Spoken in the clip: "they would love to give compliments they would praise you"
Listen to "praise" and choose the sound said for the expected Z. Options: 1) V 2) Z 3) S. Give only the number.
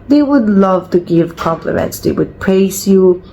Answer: 3